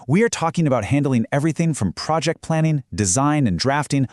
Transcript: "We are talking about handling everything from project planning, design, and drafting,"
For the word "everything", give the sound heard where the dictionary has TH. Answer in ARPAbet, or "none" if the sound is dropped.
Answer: TH